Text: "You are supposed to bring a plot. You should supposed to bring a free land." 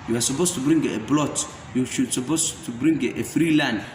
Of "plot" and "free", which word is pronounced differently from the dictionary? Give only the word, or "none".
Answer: plot